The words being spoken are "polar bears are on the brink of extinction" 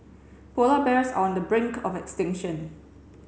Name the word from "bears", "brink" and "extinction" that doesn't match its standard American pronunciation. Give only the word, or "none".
bears